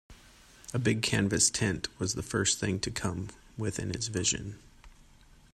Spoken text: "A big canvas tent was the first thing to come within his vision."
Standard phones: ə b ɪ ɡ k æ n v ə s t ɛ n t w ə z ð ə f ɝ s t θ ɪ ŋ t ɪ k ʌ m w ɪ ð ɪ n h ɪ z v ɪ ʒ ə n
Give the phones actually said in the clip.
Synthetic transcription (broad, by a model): ə b ɪ ɡ k æ n v ə s t ɛ n t w ə z ð ə f ɝ s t θ ɪ ŋ t ɪ k ʌ m w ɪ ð ɪ n ɪ s v ɪ ʒ ə n